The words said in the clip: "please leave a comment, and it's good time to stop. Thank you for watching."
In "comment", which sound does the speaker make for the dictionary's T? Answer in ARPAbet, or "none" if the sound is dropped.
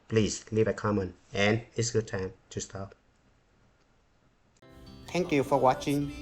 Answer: none